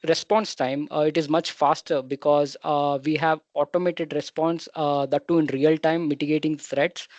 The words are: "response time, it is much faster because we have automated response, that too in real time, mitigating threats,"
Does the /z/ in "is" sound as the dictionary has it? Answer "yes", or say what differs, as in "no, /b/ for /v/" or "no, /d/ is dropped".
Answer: yes